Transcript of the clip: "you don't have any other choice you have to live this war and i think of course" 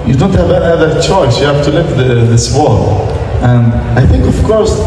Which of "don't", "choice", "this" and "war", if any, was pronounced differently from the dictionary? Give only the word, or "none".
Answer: war